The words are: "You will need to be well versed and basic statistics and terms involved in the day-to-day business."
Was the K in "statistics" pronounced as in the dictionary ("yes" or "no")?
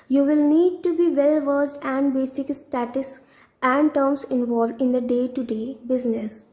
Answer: no